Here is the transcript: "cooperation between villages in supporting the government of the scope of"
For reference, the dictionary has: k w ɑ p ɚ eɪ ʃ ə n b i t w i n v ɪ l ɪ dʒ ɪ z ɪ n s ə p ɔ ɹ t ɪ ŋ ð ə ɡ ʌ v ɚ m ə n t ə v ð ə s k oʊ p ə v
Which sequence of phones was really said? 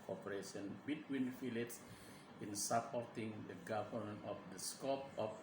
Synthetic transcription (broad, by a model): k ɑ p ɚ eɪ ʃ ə n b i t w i n f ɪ l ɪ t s ɪ n s ə p ɔ ɹ t ɪ ŋ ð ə ɡ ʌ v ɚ m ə n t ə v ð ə s k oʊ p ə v